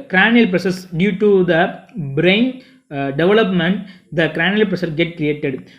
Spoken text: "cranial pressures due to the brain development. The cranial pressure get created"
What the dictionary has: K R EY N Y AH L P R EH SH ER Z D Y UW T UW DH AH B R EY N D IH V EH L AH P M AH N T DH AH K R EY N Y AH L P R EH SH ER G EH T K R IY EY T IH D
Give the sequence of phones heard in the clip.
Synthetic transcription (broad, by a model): K R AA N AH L P R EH S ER S D Y UW T UW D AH B R EY N D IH V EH L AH P M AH N T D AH K R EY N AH L P R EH S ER G EH T K R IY EY T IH D